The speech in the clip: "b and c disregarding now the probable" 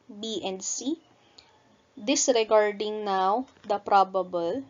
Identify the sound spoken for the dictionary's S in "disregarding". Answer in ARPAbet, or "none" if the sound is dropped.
S